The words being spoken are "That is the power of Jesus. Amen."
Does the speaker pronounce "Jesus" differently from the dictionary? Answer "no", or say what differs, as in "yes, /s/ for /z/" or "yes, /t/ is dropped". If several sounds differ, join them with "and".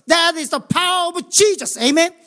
yes, /tʃ/ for /dʒ/